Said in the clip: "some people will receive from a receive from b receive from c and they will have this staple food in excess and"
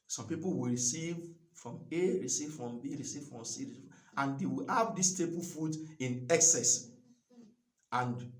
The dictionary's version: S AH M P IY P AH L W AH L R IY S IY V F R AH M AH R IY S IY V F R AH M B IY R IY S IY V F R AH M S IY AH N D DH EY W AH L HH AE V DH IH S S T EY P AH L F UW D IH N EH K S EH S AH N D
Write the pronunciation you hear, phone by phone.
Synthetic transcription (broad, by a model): S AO M P IY P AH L W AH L R IY S IY V F R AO M AH R IY S IY V F R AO M B IY R IY S IY V F R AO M S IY AH N D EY W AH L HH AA V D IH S S T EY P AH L F UW D IH N EH K S EH S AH N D